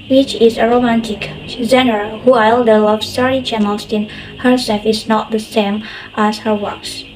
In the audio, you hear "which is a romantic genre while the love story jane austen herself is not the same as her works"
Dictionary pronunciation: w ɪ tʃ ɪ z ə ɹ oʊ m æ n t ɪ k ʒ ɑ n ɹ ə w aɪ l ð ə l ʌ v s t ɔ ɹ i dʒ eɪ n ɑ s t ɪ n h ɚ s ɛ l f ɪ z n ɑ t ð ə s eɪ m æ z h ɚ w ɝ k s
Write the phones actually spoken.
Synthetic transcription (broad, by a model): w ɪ tʃ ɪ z ə ɹ oʊ m æ n t ɪ k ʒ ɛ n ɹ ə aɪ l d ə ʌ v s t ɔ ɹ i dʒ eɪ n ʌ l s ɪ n h ɚ s ɛ l f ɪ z n ɑ t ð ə s eɪ m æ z h ɚ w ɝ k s